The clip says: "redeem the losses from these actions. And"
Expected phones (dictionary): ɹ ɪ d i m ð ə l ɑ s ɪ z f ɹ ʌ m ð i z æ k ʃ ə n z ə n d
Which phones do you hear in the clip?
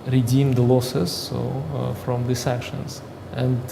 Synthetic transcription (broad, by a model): ɹ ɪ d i m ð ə l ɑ s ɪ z f ɹ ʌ m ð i s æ k ʃ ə n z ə n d